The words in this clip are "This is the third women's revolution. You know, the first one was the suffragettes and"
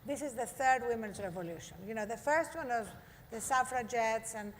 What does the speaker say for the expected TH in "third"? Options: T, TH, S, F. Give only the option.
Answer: TH